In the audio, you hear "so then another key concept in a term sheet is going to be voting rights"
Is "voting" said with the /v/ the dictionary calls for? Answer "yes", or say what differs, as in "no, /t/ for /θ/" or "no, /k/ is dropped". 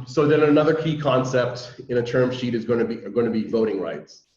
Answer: yes